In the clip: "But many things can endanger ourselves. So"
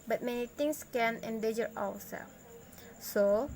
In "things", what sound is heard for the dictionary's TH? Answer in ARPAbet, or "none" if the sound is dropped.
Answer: T